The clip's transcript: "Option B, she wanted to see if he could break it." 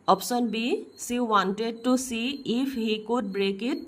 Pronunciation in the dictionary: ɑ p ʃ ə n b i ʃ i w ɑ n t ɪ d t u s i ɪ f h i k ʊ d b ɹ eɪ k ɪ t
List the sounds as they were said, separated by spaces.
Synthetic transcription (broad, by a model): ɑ p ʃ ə n b i s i w ɑ n t ɪ d t u s i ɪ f h i k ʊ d b ɹ eɪ k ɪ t